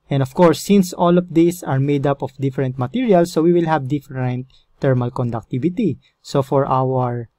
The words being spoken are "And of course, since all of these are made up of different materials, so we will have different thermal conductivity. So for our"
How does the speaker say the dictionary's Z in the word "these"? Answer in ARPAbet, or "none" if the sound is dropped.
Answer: S